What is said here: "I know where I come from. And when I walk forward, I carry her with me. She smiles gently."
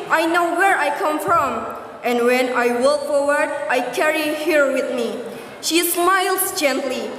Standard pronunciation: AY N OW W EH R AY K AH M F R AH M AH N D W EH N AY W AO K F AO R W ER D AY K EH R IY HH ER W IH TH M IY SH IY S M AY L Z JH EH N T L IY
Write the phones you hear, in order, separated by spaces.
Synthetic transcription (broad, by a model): AY N OW W EH R AY K AH M F R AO M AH N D W EH N AY W AO K F AO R W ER D AY K EH R IY HH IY W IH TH M IY SH IY S M AY L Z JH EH N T L IY